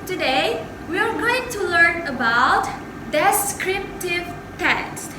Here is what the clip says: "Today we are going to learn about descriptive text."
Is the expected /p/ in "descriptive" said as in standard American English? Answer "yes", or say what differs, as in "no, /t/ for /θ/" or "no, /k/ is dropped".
yes